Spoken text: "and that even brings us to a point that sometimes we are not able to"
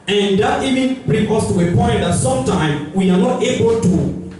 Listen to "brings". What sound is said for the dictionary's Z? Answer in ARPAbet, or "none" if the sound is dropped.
none